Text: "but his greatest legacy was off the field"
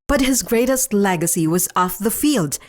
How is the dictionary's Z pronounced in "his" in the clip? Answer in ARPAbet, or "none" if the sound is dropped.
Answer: Z